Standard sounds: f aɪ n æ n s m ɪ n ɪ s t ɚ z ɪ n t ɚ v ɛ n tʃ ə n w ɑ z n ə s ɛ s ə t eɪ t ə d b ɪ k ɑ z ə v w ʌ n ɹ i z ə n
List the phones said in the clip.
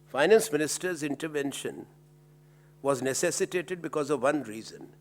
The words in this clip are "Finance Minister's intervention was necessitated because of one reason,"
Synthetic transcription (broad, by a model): f aɪ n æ n s m ɪ n ɪ s t ɚ z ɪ n t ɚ v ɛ n ʃ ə n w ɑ z n ə s ɛ s ə t eɪ t ə d b ɪ k ɑ z ə v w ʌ n ɹ i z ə n